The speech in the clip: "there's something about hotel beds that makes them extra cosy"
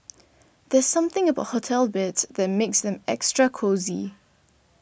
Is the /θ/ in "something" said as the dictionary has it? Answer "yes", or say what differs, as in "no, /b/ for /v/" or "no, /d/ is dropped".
yes